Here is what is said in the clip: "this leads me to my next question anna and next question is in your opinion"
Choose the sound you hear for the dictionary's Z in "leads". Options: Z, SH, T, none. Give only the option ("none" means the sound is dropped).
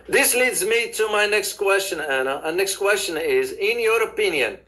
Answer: Z